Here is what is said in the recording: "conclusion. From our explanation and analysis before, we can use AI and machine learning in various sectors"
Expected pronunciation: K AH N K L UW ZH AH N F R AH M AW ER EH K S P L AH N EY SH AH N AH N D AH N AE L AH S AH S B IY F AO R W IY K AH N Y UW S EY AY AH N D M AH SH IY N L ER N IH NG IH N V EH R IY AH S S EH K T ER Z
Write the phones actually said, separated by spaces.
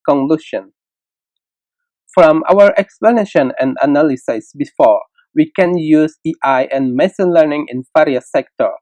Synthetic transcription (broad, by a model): K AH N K L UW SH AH N F R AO M AW ER EH K S P L AH N EY SH AH N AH N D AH N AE L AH S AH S B IY F AO R W IY K AH N Y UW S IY AY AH N M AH S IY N L ER N IH NG IH N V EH R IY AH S S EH K T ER